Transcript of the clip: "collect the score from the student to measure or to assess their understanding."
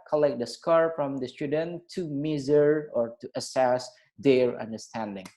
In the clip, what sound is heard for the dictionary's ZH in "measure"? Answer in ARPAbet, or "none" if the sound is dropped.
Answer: Z